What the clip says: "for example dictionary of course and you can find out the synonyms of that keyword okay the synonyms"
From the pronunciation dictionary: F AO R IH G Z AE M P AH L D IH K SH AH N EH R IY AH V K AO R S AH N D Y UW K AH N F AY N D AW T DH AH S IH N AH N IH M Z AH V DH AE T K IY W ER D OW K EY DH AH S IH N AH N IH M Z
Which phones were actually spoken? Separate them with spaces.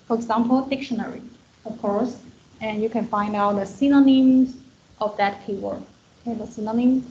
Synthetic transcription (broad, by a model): F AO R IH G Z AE M P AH L D IH K SH AH N EH R IY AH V K AO R S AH N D Y UW K AH N F AY N D AW T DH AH S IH N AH N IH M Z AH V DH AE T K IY W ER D OW K EY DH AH S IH N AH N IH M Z